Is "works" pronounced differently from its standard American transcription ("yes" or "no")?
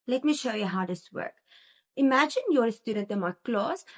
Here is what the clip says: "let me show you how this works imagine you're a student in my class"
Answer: yes